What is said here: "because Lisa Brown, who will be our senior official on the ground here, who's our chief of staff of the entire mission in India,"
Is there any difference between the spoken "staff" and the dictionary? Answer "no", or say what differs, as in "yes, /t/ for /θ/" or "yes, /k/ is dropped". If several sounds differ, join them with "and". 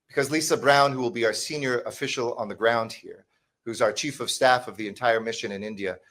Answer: no